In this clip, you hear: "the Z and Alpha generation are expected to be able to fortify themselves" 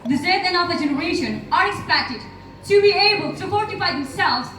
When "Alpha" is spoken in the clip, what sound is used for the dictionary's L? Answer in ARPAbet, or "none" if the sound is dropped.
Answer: none